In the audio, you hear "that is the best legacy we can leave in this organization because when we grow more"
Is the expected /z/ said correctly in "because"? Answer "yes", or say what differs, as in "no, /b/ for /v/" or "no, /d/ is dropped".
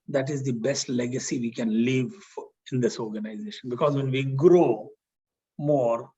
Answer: yes